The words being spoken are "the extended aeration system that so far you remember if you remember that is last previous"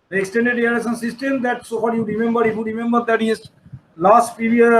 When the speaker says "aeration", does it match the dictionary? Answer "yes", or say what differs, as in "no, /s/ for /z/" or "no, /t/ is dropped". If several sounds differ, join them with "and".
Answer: no, /s/ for /ʃ/